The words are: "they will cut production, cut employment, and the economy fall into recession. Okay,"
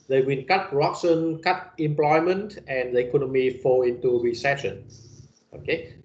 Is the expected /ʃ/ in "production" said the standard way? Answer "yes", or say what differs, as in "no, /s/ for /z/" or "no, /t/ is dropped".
no, /s/ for /ʃ/